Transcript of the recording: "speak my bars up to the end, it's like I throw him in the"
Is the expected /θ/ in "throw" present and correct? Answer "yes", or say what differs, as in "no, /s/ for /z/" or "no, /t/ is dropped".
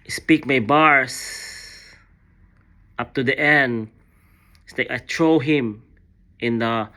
no, /t/ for /θ/